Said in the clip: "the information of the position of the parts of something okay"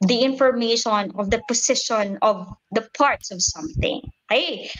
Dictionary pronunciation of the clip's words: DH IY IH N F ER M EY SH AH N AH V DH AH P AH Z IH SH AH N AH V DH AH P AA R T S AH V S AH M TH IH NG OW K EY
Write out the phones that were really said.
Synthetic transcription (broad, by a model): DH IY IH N F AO M EY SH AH N AH V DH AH P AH S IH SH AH N AH V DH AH P AA R T S AH V S AH M TH IH NG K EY